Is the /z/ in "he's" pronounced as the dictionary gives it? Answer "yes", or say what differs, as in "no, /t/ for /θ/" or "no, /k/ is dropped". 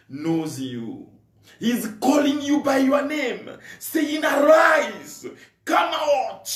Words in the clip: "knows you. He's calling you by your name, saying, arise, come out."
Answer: yes